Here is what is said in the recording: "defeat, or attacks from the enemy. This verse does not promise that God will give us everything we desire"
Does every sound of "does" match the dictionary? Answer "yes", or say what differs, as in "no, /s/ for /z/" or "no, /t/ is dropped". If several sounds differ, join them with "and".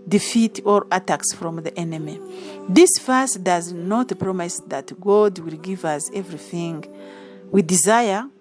yes